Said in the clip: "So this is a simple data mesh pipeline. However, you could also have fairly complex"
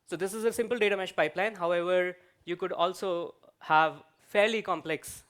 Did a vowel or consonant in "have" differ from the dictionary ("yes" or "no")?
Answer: no